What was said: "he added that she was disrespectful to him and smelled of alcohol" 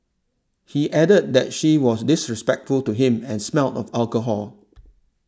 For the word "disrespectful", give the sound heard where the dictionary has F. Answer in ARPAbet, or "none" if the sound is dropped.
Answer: F